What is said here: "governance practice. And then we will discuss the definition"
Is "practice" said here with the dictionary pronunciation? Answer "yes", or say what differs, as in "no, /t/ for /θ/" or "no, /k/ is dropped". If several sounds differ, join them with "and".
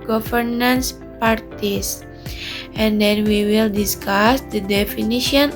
no, /ɹ/ is dropped